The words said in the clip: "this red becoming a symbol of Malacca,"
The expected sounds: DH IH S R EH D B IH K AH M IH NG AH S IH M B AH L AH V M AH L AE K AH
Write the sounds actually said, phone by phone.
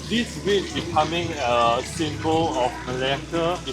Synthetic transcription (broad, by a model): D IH S W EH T B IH K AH M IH NG AH S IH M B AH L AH F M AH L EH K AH